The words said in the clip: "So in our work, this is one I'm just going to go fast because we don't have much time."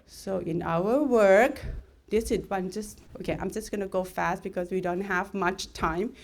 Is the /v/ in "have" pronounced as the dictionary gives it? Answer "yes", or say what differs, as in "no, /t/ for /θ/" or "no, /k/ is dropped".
yes